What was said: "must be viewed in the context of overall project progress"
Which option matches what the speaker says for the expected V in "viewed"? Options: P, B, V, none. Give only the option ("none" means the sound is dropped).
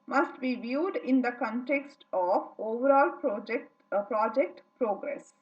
V